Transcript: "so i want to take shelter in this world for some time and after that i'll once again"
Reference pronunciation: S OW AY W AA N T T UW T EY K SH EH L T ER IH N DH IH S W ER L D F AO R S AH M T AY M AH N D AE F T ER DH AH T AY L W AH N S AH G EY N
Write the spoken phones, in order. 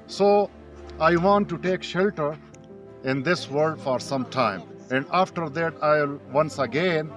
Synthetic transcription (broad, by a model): S OW AY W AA N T T UW T EY K SH EH L T ER IH N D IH S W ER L D F AO R S AH M T AY M AH N D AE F T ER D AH T AY L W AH N S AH G EY N